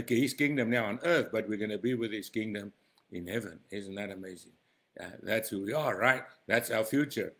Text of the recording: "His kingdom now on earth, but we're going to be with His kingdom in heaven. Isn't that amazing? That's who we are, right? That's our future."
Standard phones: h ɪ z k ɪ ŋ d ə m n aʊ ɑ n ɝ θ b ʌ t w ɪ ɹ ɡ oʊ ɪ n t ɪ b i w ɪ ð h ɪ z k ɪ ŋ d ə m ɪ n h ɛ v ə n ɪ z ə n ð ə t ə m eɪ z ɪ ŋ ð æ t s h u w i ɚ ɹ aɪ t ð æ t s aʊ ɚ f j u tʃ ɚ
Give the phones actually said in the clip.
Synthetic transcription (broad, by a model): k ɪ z k ɪ ŋ d ə m n aʊ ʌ n ɝ θ b ʌ t w ɪ ɹ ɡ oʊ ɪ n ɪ b i w ɪ ð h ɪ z k ɪ ŋ d ə m ɪ n h ɛ v ə n ɪ z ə n ð ə t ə m eɪ z ɪ ŋ ð æ t s h u w i ɚ ɹ aɪ t ð æ t s aʊ ɚ f j u tʃ ɚ